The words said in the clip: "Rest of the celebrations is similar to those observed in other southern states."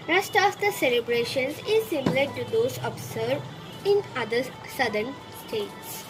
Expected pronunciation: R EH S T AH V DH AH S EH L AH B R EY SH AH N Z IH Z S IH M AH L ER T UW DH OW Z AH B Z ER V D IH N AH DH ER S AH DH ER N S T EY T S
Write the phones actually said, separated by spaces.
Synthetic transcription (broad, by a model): R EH S T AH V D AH S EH L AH B R EY SH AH N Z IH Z S IH M AH L ER T UW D OW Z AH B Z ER D IH N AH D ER S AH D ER N S T EY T S